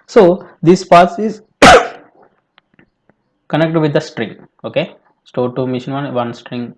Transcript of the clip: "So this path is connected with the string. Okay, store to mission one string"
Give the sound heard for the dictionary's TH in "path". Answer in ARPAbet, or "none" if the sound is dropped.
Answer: S